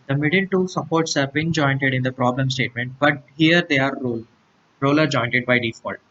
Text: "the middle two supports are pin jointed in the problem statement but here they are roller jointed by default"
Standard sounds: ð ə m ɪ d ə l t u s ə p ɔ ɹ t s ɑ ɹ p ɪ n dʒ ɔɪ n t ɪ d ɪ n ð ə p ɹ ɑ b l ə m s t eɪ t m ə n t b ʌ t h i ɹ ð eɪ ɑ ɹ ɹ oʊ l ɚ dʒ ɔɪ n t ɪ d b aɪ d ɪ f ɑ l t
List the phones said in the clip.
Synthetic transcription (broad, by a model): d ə m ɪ d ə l t u s ə p ɔ ɹ t s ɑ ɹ b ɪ n dʒ ɔɪ n t ɪ d ɪ n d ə p ɹ ɑ b l ə m s t eɪ t m ə n t b ʌ t h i ɹ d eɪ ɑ ɹ ɹ oʊ l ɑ dʒ ɔɪ n t ɪ d b aɪ d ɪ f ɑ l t